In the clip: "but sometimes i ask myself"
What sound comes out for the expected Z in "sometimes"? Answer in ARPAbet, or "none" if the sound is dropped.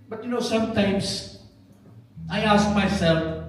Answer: S